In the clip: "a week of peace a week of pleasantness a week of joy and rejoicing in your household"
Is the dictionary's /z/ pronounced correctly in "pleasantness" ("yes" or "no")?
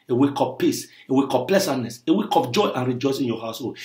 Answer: no